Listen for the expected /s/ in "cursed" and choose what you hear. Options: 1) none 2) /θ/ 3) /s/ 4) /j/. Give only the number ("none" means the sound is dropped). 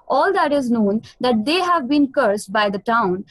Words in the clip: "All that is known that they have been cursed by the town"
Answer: 3